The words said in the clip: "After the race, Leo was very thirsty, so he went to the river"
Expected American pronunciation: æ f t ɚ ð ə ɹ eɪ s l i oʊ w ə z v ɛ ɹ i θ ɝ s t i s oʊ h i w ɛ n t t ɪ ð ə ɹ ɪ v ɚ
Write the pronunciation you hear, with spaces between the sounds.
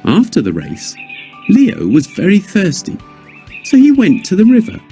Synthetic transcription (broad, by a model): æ f t ɚ ð ə ɹ eɪ s l i oʊ w ə z v ɛ ɹ i θ ɝ s t i s oʊ i w ɛ n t t ɪ ð ə ɹ ɪ v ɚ